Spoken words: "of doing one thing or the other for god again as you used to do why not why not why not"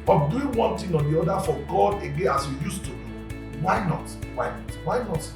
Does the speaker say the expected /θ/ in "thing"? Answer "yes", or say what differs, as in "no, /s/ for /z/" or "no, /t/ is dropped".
no, /t/ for /θ/